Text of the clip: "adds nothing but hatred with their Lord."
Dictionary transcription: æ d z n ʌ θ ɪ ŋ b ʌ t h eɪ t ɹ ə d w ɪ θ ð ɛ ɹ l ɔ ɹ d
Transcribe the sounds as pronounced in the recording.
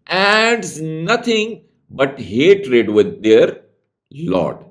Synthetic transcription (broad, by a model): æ d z n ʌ t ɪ ŋ b ʌ t h eɪ t ɹ ə d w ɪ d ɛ ɹ l ɔ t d